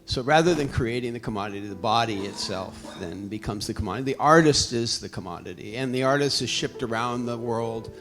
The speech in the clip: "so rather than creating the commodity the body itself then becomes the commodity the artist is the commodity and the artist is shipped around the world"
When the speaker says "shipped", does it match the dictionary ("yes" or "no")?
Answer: yes